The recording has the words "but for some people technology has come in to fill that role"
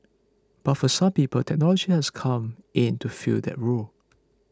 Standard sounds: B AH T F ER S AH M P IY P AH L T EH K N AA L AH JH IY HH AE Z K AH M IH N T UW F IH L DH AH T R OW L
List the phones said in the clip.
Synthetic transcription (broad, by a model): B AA T F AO S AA M P IY P AH L T EH K N AA L AH JH IY HH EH S K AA M IH N T UW F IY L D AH T R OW L